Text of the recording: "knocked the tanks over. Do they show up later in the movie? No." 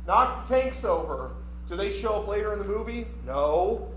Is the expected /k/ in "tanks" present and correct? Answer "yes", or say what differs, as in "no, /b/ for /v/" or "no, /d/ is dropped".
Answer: yes